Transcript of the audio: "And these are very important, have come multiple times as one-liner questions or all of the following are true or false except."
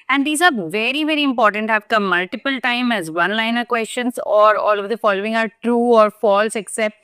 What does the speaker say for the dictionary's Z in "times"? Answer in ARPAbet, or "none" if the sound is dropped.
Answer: none